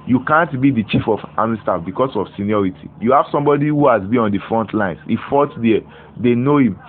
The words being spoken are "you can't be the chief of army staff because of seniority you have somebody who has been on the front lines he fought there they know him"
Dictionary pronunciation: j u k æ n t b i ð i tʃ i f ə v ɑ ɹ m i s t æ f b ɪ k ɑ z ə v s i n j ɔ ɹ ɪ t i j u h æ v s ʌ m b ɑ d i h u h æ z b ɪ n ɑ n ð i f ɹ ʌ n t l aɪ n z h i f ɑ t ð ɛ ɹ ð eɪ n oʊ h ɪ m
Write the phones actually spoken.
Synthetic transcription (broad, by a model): j u k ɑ n t b i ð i tʃ i f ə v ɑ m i s t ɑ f b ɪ k ɑ s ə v s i n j ɔ ɹ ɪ t i j u h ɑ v s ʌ m b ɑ d i h u h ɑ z b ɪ ɑ n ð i f ɹ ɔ n t l aɪ n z h i f ɑ t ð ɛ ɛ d eɪ n oʊ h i m